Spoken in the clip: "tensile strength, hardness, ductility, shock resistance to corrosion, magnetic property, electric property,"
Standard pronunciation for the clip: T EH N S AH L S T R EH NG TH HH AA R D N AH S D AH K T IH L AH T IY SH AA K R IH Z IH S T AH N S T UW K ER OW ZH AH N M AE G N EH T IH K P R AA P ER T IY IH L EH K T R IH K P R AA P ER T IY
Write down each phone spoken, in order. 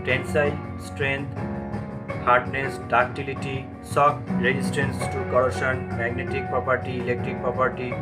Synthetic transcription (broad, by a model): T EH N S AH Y S T R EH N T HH AA R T N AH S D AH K T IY L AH T IY S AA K R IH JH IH S T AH N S T UW K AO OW SH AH N M AE G N EH T IH K P R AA P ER T IY IH L EH K T R IH K P R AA P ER T IY